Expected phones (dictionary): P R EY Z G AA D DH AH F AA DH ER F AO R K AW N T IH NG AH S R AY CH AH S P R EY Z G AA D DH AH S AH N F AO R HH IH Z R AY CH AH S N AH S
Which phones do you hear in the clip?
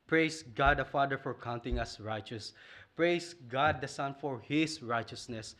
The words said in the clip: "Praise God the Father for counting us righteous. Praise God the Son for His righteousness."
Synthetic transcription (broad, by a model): P R EY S G AA D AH F AA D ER F AO R K AW N T IH NG AH S R AY CH AH S P R EY S G AA D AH S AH N F AO R HH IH S R AY CH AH S N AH S